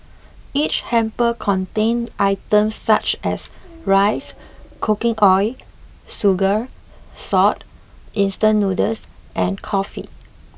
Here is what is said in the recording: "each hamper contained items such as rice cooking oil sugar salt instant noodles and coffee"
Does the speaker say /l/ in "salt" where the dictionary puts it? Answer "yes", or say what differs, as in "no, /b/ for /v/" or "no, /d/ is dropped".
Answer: no, /l/ is dropped